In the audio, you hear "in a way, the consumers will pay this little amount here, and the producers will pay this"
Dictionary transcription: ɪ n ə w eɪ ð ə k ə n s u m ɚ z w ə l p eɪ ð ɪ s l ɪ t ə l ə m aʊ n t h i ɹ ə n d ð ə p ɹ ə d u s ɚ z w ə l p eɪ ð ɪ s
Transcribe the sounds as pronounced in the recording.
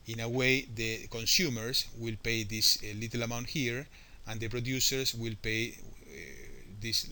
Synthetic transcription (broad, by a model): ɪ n ə w eɪ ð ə k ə n s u m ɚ s w ə l p eɪ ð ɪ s l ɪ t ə l ə m aʊ n t h i ɹ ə n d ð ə p ɹ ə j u s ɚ s w ə l p eɪ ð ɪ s